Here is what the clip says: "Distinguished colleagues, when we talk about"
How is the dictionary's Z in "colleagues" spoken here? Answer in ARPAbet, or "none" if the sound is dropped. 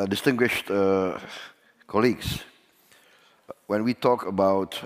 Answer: S